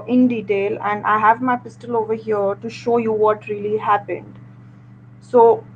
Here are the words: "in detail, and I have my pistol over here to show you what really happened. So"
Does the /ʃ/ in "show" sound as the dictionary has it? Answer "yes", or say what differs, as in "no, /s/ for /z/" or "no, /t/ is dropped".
yes